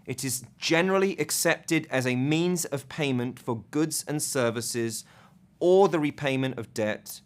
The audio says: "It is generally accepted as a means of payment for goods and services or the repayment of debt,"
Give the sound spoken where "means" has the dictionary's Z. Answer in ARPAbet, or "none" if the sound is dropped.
Z